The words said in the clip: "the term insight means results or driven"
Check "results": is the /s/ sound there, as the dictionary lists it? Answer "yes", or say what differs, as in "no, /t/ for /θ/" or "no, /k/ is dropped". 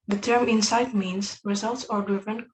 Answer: yes